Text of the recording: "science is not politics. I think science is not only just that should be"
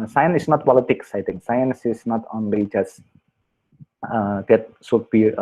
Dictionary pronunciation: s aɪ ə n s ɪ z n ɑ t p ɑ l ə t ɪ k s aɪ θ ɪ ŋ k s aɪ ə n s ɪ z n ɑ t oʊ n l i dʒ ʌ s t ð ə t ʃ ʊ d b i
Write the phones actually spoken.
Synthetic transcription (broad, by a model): s aɪ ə n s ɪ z n ɑ t p ɑ l ə t ɪ k s aɪ t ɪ ŋ k s aɪ ə n s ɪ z n ɑ t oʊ n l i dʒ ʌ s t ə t s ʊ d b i